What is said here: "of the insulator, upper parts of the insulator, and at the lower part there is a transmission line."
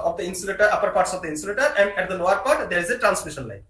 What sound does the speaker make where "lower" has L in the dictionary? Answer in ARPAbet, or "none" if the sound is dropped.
N